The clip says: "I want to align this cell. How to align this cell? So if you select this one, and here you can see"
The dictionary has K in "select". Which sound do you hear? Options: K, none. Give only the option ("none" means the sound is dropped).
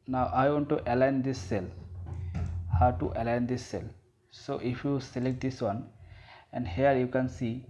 K